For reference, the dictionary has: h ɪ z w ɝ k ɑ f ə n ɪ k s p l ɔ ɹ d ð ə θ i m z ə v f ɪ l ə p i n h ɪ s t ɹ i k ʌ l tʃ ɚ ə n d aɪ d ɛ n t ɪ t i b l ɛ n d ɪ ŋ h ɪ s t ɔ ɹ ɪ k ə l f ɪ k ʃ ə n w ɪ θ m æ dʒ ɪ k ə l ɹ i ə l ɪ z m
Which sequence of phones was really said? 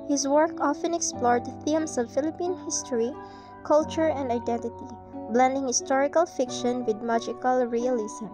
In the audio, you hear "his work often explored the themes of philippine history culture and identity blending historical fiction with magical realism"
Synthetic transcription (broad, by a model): h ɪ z w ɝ k ɑ f ə n ɪ k s p l ɔ ɹ d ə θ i m s ə v f ɪ l ə p i n h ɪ s t ɹ i k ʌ l tʃ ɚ ə n d aɪ d ɛ n t ɪ t i b l ɛ n d ɪ ŋ h ɪ s t ɔ ɹ ɪ k ə l f ɪ k ʃ ə n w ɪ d m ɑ dʒ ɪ k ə l ɹ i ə l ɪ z m